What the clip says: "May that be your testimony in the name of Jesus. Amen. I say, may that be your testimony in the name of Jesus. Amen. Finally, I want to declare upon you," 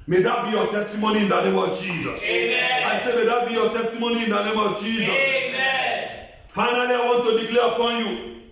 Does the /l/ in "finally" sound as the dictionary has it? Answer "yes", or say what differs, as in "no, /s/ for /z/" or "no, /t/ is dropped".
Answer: no, /l/ is dropped